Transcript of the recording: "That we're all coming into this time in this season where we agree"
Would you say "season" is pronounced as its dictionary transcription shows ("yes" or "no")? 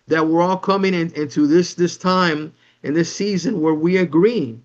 yes